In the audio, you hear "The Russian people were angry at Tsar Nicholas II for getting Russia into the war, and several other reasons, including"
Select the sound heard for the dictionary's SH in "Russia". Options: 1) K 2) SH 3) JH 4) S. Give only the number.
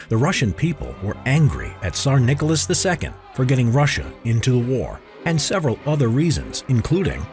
2